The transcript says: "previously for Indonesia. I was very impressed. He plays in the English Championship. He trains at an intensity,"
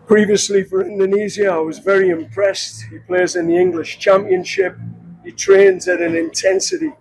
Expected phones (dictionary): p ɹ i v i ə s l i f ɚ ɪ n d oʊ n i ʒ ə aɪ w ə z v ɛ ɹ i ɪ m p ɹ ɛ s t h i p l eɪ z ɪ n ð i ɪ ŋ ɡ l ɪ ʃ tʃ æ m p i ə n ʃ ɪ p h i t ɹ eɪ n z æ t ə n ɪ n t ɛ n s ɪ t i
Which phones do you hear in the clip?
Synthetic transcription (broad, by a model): p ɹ i v i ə s l i f ɚ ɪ n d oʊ n i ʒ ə aɪ w ə z v ɛ ɹ i ɪ m p ɹ ɛ s t h i p l eɪ z ɪ n ð i ɪ ŋ ɡ l ɪ ʃ tʃ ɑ m p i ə n ʃ ɪ p h i t ɹ eɪ n z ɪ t ə n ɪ n t ɛ n s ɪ t i